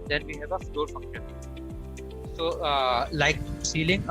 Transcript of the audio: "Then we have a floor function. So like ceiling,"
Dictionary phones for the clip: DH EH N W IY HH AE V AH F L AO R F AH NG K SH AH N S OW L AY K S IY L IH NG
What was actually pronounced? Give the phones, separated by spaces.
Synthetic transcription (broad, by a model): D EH N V IY HH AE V AH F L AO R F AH K AH S OW L AY K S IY L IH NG